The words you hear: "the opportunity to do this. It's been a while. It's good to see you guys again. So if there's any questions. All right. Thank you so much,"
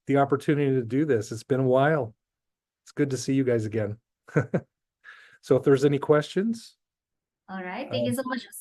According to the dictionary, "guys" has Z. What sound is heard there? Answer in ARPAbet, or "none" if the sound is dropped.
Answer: Z